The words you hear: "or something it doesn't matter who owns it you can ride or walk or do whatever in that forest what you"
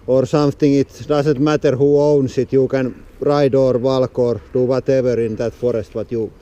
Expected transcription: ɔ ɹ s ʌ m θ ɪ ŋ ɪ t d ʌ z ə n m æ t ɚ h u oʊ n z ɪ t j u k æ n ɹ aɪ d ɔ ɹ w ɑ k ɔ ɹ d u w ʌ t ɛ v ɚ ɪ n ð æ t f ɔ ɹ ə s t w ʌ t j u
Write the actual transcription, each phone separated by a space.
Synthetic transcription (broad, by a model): ɔ ɹ s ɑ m t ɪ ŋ ɪ t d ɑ s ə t m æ t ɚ h u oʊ n s ɪ t j u k æ n ɹ aɪ d ɔ ɹ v ɑ k ɔ ɹ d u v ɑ t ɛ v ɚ ɪ n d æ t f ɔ ɹ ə s t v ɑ t j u